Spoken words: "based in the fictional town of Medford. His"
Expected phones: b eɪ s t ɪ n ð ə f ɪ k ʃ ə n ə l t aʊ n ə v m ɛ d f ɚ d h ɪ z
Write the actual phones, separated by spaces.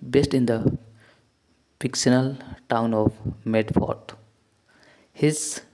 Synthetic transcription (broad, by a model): b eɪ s t ɪ n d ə p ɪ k s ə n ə l t aʊ n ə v m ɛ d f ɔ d h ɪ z